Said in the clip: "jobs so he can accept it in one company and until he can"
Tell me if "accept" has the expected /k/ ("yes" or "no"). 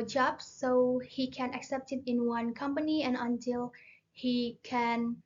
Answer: yes